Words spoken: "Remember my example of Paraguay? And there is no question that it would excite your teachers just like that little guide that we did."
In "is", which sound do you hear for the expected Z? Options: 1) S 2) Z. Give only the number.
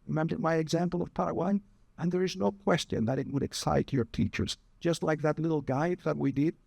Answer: 2